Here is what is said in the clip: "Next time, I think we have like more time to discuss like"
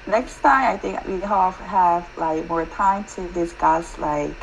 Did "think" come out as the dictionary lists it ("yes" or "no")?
yes